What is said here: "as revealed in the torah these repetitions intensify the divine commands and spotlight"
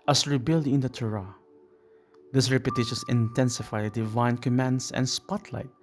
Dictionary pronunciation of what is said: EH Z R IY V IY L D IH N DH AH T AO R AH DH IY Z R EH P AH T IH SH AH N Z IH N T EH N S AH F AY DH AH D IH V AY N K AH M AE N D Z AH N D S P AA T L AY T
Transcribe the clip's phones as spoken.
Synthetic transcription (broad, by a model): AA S R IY B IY L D IH N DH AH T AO R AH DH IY S R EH P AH T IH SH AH N S IH N T EH N S AH F AY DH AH D IH V AY N K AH M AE N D S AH N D S P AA T L AY T